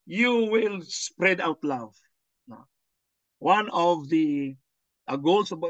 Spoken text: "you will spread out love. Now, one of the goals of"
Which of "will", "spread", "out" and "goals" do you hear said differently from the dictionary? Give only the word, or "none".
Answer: goals